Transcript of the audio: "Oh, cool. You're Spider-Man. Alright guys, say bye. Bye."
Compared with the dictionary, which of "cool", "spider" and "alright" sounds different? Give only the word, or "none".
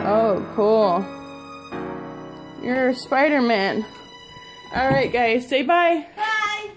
none